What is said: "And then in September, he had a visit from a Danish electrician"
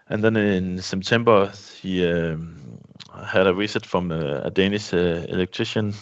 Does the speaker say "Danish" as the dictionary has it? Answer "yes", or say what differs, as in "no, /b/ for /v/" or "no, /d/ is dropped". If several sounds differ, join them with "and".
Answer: no, /s/ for /ʃ/